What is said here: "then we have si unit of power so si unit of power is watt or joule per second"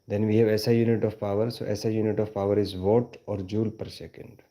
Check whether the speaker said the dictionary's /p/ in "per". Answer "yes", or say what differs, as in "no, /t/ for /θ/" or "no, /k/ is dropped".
yes